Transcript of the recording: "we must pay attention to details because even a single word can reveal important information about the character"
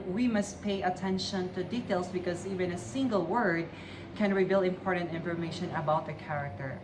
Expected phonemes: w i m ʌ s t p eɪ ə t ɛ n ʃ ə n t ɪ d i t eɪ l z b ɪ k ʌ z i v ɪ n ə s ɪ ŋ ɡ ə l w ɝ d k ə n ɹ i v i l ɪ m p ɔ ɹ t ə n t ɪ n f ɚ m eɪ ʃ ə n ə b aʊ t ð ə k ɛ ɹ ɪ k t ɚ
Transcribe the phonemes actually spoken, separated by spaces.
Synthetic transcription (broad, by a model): w i m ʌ s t p eɪ ə t ɛ n ʃ ə n t ɪ d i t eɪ l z b ɪ k ʌ z i v ɪ n ə s ɪ ŋ ɡ ə l w ɝ d k ə n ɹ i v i l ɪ m p ɔ ɹ t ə n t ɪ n f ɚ m eɪ ʃ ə n ə b aʊ t ð ə k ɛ ɹ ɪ k t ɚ